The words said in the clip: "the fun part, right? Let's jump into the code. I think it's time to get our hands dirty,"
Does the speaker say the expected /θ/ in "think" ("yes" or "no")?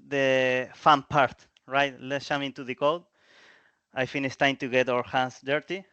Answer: no